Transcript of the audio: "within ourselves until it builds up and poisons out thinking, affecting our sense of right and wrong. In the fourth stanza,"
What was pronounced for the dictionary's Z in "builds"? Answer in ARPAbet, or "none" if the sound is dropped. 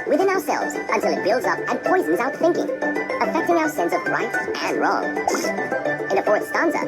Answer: Z